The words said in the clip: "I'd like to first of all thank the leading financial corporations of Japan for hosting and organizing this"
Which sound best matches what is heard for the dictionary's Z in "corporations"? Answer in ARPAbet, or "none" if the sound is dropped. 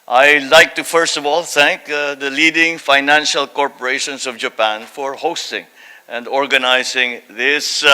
S